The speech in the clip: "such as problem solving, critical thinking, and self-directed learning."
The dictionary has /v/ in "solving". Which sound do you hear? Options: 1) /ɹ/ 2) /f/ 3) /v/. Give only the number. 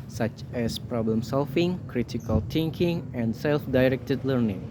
2